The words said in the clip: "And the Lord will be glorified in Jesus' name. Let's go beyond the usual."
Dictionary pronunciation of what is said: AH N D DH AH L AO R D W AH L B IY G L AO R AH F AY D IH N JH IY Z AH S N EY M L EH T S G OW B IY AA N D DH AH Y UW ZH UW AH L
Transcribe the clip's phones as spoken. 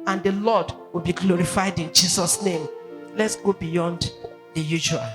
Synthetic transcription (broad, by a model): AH N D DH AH L AO D W AH L B IY G L AO R AH F AY D IH N JH IY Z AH S N EY M L EH T S G OW B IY AA N D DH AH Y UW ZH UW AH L